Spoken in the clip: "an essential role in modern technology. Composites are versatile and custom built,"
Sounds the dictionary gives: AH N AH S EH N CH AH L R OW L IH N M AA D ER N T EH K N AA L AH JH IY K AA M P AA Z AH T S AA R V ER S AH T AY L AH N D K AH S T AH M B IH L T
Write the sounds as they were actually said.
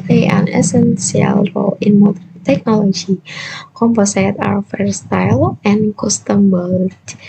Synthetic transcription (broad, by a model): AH N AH S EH N S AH L R OW L IH N M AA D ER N T EH K N AA L AH JH IY K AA M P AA S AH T AA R F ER S T AY L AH N K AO S T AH M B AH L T